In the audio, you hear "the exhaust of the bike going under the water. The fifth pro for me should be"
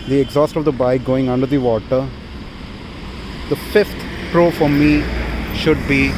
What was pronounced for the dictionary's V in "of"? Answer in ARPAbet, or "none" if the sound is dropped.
V